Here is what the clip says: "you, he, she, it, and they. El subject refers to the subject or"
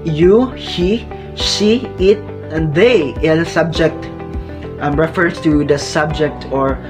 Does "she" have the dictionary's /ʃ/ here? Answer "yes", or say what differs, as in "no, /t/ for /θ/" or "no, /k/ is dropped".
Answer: no, /s/ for /ʃ/